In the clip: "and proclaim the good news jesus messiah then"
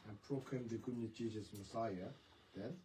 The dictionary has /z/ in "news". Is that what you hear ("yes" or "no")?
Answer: no